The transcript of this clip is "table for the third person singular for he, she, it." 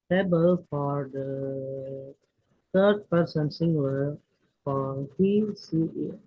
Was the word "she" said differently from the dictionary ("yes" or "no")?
yes